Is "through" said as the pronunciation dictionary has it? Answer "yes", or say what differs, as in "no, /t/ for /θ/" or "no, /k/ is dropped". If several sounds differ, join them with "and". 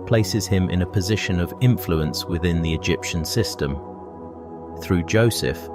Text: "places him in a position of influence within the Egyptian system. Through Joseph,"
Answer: yes